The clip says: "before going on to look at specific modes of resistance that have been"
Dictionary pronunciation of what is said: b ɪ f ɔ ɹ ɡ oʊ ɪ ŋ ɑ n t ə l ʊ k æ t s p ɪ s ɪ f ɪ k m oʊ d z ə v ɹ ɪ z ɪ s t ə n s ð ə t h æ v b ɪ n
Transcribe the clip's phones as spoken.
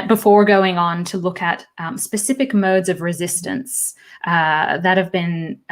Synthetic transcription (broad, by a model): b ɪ f ɔ ɹ ɡ oʊ ɪ ŋ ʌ n t ə l ʊ k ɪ t s p ɪ s ɪ f ɪ k m oʊ d z ə v ɹ ɪ z ɪ s t ə n s ð ə t h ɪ v b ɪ n